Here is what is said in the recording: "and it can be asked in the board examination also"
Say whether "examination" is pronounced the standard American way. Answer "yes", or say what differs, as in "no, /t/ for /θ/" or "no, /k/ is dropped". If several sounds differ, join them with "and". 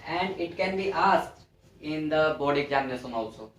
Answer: no, /s/ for /ʃ/